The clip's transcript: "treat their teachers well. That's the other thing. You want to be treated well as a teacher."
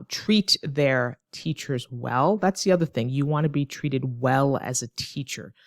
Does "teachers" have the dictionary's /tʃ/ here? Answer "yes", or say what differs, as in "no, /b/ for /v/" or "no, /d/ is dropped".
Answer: yes